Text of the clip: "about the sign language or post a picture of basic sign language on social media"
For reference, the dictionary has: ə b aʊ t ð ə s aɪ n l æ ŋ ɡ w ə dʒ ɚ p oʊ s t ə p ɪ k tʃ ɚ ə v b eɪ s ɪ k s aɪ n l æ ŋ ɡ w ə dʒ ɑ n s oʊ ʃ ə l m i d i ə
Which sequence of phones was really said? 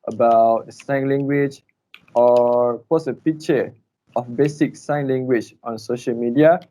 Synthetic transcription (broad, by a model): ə b aʊ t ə s aɪ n l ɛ ŋ ɡ w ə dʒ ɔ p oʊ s ə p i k tʃ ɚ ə f b eɪ s ɪ k s aɪ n l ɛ ŋ ɡ w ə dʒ ɑ n s oʊ ʃ ə l m i d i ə